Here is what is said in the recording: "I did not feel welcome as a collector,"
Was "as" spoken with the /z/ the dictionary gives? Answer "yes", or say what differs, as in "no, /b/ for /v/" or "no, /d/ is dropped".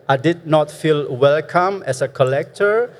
no, /s/ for /z/